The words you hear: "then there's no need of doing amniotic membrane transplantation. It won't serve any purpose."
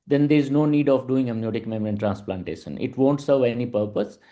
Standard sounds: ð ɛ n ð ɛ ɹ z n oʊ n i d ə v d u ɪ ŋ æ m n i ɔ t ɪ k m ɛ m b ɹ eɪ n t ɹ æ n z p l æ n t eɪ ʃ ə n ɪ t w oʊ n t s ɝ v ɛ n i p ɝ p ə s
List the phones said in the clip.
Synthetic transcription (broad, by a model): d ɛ n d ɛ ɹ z n oʊ n i d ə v d u ɪ ŋ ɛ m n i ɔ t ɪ k m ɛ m ɹ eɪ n t ɹ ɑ n s p l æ n t eɪ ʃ ə n ɪ t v oʊ n t s ɝ v ɛ n i p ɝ p ə s